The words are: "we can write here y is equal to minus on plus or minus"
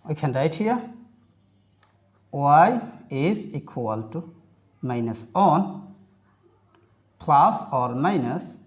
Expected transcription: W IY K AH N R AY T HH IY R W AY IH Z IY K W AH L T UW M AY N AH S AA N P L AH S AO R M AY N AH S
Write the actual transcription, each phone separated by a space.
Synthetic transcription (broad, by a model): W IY K AH N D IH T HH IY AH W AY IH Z IY K W AH L T UW M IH N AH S AA N P L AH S AO R M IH N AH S